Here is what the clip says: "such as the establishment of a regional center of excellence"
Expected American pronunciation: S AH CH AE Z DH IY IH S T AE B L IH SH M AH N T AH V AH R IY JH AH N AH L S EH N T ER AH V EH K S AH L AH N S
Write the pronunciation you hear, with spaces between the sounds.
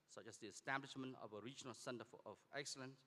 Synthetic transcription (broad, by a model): S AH CH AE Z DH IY IH S T AE B L IH SH M AH N T AH V AH R IY JH AH N AH L S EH N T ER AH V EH K S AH L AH N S